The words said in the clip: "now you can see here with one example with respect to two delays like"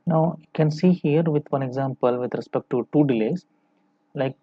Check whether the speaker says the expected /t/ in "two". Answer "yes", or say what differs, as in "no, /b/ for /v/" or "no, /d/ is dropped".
yes